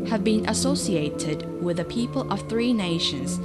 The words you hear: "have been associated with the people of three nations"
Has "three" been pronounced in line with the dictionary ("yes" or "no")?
yes